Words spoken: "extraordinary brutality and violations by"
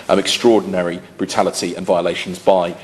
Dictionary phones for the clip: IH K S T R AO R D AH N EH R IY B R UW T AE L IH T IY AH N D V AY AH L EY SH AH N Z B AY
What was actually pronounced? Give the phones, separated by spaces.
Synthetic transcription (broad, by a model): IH K S T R AO D N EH R IY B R UW T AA L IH T IY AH N V AY AH L EY SH AH N Z B AY